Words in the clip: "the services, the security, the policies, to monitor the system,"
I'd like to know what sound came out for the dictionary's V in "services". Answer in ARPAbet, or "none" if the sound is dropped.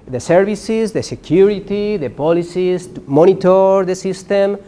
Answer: B